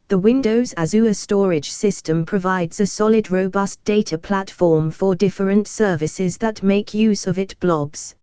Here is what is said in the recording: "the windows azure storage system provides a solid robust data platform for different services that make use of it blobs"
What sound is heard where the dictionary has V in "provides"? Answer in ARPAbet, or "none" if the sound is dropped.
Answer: V